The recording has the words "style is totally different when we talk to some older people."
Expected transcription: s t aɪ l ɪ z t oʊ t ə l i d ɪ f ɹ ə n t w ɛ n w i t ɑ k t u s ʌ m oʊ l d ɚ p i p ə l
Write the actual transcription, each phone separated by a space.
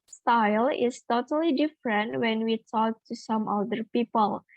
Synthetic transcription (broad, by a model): s t aɪ l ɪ s t oʊ t ə l i d ɪ f ɹ ə n t w ɛ n w i t ɑ k t u s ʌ m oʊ d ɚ p i p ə l